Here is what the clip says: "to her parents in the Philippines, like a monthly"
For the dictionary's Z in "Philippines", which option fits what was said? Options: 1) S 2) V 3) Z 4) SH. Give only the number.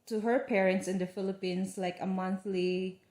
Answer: 1